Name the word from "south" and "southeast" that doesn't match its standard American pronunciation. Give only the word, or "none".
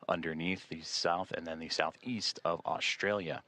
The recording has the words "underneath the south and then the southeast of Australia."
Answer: none